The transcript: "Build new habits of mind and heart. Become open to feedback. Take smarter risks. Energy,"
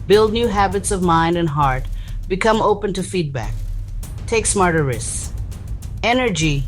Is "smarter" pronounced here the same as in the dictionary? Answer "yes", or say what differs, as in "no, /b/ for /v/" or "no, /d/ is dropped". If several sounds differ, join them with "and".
yes